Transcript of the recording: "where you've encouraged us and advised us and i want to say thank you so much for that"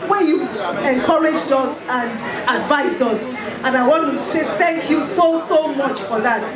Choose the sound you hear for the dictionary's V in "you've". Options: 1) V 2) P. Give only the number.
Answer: 1